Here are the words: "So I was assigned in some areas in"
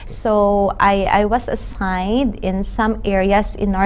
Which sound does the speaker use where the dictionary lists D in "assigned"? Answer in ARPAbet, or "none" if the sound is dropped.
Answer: D